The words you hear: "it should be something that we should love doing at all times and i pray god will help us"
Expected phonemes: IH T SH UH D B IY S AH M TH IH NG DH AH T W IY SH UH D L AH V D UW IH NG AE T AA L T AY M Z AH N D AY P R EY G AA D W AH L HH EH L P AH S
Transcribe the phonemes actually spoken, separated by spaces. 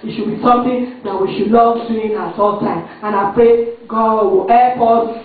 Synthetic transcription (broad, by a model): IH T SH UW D B IY S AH M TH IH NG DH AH T W IY SH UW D N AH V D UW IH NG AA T AA L T AY M AH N AY P R EY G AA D W AH L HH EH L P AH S